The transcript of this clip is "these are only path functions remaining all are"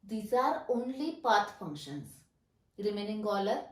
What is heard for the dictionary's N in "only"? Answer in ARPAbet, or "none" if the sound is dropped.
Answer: N